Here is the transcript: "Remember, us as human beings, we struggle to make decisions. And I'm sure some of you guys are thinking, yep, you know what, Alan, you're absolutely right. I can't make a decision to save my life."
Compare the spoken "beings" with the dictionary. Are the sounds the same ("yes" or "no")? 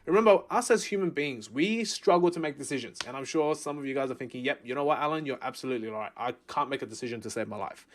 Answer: yes